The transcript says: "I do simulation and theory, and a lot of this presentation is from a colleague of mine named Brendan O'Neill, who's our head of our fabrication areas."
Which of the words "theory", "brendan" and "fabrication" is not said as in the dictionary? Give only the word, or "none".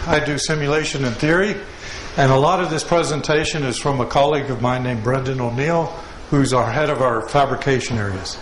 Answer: none